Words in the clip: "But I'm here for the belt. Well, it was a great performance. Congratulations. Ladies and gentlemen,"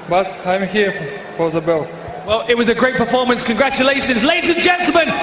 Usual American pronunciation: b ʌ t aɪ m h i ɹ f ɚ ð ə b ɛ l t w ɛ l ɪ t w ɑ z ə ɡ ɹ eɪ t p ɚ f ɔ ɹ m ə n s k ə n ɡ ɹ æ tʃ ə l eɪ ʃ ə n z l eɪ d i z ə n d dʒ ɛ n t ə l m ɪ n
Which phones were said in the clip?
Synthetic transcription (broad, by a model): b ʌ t aɪ m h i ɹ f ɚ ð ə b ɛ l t w ɛ l ɪ t w ɑ z ə ɡ ɹ eɪ t p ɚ f ɔ m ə n s k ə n ɡ ɹ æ tʃ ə l eɪ ʃ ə n z l eɪ d i z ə n dʒ ɛ n t l m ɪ n